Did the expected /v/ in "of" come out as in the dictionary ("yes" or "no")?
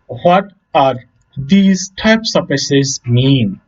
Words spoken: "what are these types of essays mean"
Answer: no